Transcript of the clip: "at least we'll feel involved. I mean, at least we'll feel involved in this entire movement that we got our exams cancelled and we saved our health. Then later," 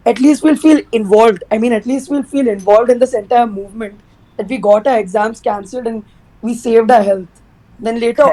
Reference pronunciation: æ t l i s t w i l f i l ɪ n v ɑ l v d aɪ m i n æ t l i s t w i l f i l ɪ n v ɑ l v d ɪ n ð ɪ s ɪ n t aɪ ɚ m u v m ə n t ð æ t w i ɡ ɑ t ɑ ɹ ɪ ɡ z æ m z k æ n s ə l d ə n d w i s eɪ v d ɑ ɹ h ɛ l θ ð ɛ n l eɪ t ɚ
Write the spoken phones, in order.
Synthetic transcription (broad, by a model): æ t l i s t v i l f i l ɪ n v ɑ l v d aɪ m i n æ t l i s t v i l f i l ɪ n v ɑ l v d ɪ n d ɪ s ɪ n t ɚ m u v m ə n t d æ t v i ɡ ɑ t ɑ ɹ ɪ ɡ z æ m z k æ n s ə l d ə n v i s eɪ v d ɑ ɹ h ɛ l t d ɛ n l eɪ t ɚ